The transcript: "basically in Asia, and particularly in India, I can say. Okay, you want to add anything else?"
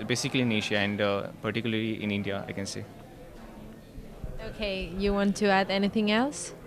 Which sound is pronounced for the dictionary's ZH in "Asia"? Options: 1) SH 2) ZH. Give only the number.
1